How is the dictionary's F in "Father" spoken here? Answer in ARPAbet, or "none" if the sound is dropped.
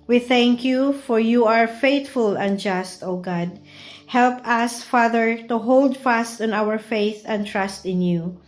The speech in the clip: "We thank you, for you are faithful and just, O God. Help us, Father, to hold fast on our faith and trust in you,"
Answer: F